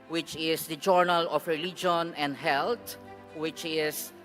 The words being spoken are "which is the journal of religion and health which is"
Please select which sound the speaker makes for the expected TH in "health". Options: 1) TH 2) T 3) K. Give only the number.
2